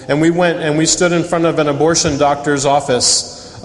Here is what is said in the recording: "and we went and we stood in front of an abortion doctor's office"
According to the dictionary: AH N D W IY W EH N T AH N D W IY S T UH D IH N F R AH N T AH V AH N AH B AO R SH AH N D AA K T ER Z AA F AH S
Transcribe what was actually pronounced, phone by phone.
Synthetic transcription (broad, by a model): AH N W IY W EH N T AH N W IY S T UH D IH N F R AH N T AH V AH N AH B AO R SH AH N D AA K T ER Z AA F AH S